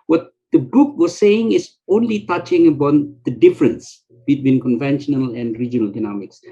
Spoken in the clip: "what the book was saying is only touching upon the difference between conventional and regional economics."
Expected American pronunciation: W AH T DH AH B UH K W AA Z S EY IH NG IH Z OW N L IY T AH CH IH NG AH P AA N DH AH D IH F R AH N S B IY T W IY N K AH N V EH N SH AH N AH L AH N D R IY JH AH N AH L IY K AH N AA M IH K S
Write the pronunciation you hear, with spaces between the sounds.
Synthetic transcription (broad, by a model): W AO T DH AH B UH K W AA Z S EY IH NG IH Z OW N L IY T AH CH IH NG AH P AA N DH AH D IH F R AH N S B IY T W IY N K AH N V EH N SH AH N AH L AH N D R IY JH AH N AH L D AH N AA M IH K S